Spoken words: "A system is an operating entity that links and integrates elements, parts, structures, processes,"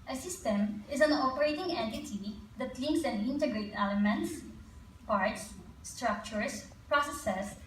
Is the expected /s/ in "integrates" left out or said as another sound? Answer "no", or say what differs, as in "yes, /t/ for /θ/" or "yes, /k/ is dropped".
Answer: yes, /s/ is dropped